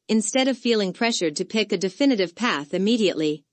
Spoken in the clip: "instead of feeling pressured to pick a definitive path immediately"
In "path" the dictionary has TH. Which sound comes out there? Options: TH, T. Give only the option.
TH